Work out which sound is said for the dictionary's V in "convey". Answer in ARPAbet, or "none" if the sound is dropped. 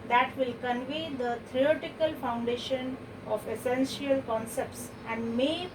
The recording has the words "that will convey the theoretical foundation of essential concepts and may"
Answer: V